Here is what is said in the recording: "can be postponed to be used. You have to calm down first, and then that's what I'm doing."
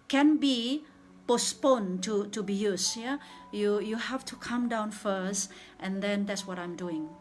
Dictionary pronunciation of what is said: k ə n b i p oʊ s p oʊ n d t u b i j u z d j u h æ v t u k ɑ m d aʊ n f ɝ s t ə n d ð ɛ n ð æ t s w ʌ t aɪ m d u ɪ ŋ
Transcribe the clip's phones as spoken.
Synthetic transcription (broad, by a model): k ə n b i p oʊ s p oʊ n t t u b i j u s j j u h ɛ f t u k ɑ m d aʊ n f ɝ s t ə n d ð ɛ n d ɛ t s w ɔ t aɪ m d u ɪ ŋ